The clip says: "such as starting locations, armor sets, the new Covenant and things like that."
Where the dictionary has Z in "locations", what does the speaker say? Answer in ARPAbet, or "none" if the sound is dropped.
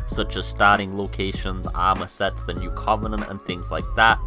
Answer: Z